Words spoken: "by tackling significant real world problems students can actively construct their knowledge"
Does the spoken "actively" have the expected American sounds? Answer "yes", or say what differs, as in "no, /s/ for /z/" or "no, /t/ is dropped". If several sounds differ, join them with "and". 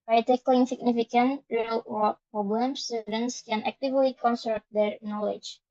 yes